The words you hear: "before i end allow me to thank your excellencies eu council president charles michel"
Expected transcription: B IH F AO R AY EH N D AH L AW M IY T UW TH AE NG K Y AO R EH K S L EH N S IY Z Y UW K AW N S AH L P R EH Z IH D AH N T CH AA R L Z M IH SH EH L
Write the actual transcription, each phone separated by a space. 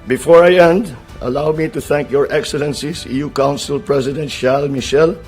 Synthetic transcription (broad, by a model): B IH F AO R AY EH N D AH L AW M IY T UW TH AE NG K Y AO R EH K S L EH N S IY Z Y UW K AW N S AH L P R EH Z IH D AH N T SH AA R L M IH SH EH L